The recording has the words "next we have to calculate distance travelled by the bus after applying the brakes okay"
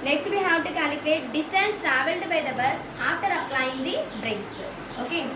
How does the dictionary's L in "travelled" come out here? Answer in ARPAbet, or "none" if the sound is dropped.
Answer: L